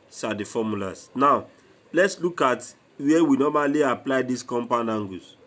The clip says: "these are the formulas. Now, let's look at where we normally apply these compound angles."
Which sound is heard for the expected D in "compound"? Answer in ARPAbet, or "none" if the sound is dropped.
none